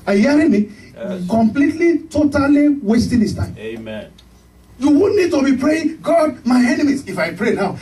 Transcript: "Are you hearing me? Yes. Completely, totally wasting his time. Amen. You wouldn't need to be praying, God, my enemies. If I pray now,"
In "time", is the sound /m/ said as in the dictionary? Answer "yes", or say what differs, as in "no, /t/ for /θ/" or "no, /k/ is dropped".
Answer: no, /m/ is dropped